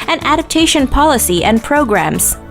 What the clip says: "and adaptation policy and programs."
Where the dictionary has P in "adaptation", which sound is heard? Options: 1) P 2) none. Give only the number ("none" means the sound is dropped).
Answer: 1